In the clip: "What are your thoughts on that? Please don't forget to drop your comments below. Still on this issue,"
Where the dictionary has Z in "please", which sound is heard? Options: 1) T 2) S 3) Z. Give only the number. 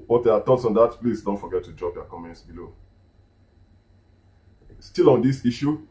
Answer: 2